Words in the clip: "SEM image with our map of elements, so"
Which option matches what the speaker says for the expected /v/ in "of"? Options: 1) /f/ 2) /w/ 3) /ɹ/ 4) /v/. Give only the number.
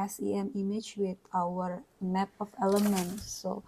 1